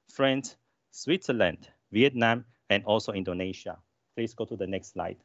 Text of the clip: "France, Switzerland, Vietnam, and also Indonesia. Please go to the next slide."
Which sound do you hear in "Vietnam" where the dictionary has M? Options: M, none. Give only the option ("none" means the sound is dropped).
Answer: M